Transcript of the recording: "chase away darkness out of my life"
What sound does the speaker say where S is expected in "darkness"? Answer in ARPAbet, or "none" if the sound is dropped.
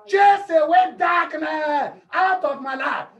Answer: none